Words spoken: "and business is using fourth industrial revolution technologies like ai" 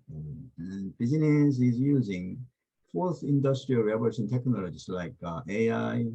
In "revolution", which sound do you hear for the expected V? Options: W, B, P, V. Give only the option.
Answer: B